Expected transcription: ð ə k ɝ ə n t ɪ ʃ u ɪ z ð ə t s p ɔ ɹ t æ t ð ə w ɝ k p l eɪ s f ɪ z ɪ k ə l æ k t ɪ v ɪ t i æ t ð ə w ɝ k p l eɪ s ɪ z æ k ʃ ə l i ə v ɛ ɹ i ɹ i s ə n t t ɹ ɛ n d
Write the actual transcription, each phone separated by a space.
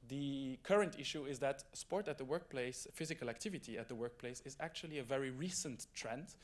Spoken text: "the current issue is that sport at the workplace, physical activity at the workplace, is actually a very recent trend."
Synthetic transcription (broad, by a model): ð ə k ɝ ə n t ɪ ʃ u ɪ z ð ə t s p ɔ ɹ t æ t ð ə w ɝ k p l eɪ s f ɪ z ɪ k ə l æ k t ɪ v ɪ t i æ t ð ə w ɝ k p l eɪ s ɪ z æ k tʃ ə l i ə v ɛ ɹ i ɹ i s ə n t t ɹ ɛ n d